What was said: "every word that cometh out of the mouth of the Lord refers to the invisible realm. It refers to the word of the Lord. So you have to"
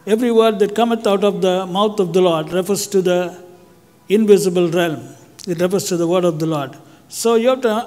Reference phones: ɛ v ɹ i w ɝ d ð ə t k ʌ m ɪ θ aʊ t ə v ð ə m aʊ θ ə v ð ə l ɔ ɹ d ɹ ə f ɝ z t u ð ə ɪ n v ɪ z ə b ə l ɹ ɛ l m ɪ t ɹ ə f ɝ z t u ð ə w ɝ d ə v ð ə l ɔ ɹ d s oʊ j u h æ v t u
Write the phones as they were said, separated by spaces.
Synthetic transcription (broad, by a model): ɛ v ɹ i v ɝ d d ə t k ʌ m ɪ t aʊ t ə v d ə m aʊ t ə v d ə l ɔ ɹ d ɹ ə f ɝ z t u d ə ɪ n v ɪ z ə b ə l ɹ ɛ l m ɪ t ɹ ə f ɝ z t u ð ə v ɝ d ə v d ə l ɔ ɹ d s oʊ j u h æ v t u